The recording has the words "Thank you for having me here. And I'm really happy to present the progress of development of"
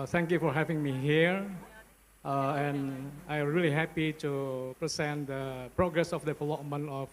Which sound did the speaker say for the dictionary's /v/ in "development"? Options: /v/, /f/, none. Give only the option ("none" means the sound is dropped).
/f/